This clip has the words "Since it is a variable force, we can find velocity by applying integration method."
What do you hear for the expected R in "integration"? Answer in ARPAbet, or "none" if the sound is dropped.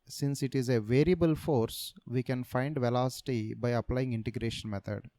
R